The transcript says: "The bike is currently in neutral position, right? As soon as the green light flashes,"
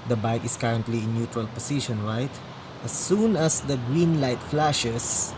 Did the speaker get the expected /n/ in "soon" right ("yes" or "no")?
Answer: yes